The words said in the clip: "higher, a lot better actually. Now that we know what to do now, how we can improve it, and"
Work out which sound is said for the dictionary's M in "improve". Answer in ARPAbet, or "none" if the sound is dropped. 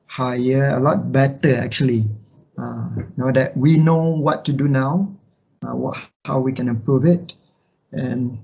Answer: none